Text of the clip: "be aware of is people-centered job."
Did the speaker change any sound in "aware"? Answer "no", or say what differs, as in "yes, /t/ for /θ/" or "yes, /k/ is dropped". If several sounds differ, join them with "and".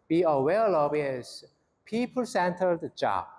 yes, /l/ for /ɹ/